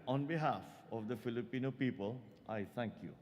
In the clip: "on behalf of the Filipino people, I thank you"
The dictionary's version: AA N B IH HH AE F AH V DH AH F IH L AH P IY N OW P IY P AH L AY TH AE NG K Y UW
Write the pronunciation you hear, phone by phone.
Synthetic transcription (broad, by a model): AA N B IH HH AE F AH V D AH F IH L AH P IY N OW P IY P AH L AY T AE NG K Y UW